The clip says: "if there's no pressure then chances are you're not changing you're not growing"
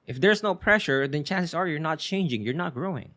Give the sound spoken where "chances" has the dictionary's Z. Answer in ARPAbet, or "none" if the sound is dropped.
S